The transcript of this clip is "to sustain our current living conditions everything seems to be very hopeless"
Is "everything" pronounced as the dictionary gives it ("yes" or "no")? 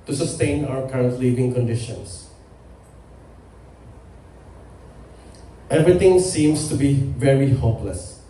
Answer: no